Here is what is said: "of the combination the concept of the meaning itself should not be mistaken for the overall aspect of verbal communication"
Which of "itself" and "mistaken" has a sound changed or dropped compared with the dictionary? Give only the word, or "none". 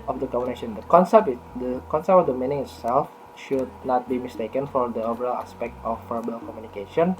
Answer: none